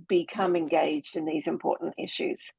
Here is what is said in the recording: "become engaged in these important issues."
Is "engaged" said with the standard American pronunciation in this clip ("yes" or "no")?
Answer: yes